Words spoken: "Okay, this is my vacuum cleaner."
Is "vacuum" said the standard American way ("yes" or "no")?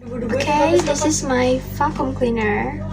no